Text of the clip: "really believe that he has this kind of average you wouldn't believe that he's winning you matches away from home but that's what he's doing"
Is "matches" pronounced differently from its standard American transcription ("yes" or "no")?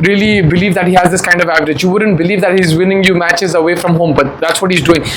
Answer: no